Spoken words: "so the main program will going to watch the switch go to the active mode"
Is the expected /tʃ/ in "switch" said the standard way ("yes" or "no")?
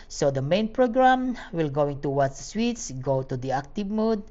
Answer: no